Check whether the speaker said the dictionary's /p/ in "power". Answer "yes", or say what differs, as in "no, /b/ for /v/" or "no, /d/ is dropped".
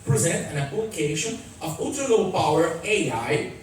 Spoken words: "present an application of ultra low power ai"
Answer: yes